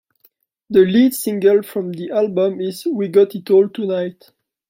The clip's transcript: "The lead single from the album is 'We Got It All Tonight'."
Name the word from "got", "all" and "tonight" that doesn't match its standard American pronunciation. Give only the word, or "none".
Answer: none